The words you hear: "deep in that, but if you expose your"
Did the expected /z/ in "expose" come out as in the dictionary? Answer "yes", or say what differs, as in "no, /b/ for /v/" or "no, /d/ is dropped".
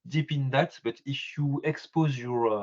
yes